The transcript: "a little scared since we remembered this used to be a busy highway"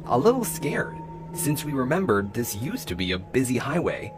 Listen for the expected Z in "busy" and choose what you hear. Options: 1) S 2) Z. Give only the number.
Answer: 2